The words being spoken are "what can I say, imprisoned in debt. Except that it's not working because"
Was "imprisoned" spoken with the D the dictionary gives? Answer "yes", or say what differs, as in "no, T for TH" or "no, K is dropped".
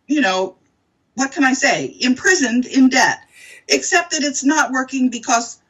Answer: yes